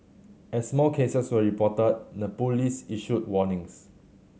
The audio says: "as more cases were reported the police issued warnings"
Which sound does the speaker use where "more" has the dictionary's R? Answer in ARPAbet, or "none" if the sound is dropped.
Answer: L